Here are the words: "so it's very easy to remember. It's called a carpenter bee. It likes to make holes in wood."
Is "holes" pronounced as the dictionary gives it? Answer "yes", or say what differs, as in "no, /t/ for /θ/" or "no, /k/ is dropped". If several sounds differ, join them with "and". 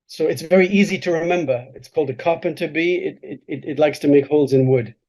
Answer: yes